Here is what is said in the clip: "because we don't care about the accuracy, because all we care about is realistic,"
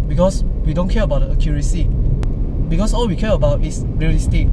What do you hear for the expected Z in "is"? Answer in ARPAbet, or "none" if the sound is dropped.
S